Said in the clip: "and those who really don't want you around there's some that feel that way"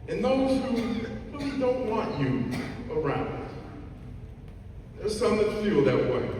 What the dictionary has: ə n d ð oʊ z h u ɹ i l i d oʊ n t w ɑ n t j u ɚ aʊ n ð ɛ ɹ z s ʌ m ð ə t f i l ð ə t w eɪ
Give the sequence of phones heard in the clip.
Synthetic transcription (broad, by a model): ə n ð oʊ z h u w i w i d oʊ n t w ɑ n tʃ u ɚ aʊ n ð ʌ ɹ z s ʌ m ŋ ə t f i l ð ə t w eɪ